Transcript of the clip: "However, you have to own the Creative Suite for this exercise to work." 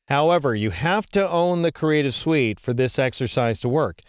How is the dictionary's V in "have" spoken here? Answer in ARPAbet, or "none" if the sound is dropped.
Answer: F